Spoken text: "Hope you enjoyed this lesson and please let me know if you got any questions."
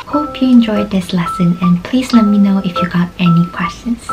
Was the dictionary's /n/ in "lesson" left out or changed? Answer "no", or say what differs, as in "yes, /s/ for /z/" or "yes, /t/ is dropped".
no